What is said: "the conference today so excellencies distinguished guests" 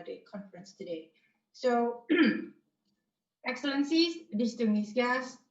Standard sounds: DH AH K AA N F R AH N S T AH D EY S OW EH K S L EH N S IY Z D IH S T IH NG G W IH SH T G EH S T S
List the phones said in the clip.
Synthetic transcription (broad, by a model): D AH K AA N F R AH N S T AH D EY S OW EH K S L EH N S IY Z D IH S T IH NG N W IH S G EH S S